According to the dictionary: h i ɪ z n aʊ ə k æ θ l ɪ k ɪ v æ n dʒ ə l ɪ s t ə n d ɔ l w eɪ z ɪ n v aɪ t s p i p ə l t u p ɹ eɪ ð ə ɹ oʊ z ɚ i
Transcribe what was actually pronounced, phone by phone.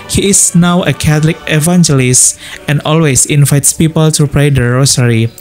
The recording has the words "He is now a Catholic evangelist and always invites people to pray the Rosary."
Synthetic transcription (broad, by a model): h i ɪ s n aʊ ə k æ t l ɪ k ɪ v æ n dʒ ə l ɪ s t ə n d ɔ l w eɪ s ɪ n v aɪ t s p i p ə l t u p ɹ eɪ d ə ɹ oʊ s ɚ i